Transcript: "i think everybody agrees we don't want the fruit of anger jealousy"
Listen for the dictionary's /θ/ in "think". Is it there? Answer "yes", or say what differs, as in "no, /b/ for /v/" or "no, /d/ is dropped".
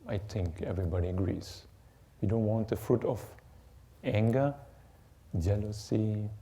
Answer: no, /t/ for /θ/